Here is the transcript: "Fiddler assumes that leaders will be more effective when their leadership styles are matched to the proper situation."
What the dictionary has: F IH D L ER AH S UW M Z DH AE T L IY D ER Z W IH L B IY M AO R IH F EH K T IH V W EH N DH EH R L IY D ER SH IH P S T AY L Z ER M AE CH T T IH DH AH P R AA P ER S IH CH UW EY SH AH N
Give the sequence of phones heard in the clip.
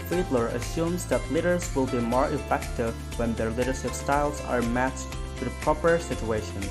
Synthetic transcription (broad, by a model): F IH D L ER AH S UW M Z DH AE T L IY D ER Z W IH L B IY M AO R IH F EH K T IH V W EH N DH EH R L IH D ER SH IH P S T AY L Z ER M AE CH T T IH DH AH P R AA P ER S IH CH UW EY SH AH N